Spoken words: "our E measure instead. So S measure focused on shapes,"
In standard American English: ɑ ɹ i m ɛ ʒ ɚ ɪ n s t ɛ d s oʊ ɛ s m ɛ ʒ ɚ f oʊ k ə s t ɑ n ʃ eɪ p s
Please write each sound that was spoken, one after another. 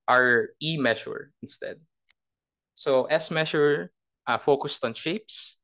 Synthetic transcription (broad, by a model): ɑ ɹ i m ɛ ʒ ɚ ɪ n s t ɛ d s oʊ ɛ s m ɛ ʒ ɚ f oʊ k ə s t ɑ n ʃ eɪ p s